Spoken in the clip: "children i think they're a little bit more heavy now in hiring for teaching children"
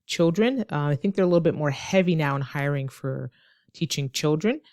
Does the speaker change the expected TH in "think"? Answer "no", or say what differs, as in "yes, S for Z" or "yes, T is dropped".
no